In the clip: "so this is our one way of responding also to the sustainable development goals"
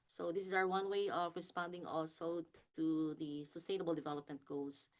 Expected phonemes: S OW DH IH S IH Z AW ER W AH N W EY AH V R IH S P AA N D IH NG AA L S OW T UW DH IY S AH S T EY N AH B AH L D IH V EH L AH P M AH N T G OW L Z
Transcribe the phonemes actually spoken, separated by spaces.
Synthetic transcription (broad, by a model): S OW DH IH S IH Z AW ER W AH N W EY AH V R IH S P AA N D IH NG AA L S OW T UW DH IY S AH S T EY N AH B AH L D IH V EH L AH P M AH N T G OW L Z